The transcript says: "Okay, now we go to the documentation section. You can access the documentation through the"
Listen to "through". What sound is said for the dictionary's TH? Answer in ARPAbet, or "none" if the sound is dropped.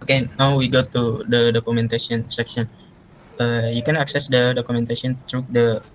T